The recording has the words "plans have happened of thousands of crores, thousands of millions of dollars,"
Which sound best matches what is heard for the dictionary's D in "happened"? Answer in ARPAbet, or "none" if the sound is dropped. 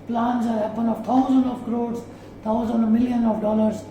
none